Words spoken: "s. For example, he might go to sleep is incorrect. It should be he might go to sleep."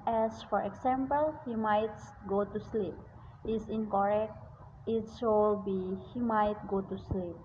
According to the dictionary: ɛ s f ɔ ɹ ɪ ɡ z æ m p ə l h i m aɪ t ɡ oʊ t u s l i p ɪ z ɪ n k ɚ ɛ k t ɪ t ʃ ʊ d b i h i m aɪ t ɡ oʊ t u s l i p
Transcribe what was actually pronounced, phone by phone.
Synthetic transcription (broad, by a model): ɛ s f ɔ ɹ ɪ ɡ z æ m p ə l h i m aɪ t ɡ oʊ t u s l i p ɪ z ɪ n k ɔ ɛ k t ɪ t s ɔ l b i h i m aɪ t ɡ oʊ t u s l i p